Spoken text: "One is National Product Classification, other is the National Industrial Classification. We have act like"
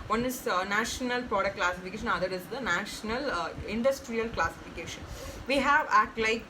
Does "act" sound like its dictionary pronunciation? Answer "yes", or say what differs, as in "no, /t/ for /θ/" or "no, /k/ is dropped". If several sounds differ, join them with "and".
no, /k/ is dropped